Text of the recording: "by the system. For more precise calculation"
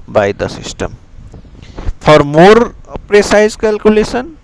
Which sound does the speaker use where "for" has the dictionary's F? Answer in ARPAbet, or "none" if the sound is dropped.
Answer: P